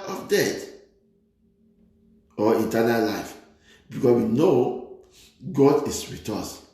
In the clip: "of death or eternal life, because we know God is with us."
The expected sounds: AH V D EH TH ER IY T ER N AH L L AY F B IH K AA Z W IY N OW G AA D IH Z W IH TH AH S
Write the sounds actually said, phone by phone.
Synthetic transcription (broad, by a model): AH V D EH T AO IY T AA N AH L L AY F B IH K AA W IY N OW G AA D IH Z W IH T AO S